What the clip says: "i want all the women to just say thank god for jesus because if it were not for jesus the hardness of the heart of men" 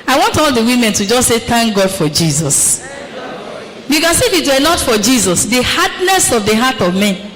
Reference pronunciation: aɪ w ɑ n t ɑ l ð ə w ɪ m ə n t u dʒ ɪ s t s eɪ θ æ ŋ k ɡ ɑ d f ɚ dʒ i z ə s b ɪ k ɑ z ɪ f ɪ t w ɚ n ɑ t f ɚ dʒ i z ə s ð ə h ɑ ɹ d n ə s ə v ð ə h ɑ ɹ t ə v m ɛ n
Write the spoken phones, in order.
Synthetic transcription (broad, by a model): aɪ w ɑ n t ɑ l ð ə w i m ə n t u dʒ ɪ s s eɪ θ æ ŋ k ɡ ɑ d f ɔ dʒ i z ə s b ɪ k ɑ s ɪ f ɪ t w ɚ n ɑ t f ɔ dʒ i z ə s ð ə h ɑ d n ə s ə v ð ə h ɑ t ə v m ɛ n